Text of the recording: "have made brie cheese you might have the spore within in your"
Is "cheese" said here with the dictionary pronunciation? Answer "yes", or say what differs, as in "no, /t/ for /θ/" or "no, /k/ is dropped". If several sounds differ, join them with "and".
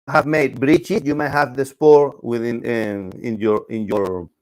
no, /s/ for /z/